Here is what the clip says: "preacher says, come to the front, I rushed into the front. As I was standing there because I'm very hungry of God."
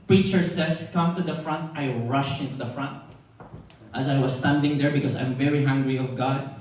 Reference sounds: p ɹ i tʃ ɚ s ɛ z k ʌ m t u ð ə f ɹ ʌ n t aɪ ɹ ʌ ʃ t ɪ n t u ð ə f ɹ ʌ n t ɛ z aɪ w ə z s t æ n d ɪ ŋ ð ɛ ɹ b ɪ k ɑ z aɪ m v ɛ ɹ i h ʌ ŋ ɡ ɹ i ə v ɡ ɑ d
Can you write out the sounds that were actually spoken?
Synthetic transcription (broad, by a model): p ɹ i tʃ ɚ s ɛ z k ʌ m t u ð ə f ɹ ʌ n t aɪ ɹ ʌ ʃ ɪ n t u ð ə f ɹ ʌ n t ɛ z aɪ w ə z s t æ n d ɪ ŋ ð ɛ ɹ b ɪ k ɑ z aɪ m v ɛ ɹ i h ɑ ŋ ɡ ɹ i ə v ɡ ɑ d